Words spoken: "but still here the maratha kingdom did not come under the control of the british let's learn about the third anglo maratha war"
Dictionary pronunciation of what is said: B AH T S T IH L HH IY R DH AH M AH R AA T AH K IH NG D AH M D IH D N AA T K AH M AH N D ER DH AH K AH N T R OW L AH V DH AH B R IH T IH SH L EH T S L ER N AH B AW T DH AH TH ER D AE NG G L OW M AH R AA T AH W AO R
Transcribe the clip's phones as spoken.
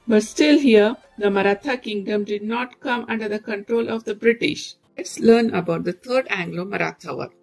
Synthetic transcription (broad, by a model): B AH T S T IH L HH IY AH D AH M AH R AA T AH K IH NG D AH M D IH D N AA T K AH M AH N D ER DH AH K AH N T R OW L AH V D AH B R IH T IH SH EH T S L ER N AH B AW T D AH T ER D AE NG G L OW M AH R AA T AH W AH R